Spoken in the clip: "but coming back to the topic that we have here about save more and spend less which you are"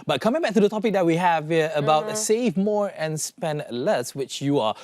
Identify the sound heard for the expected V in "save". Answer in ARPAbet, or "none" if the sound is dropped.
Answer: V